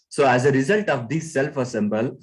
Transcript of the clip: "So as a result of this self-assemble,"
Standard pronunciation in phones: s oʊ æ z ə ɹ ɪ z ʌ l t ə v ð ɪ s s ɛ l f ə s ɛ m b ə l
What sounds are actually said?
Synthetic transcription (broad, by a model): s oʊ æ z ə ɹ ɪ z ʌ l t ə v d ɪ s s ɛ l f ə s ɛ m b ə l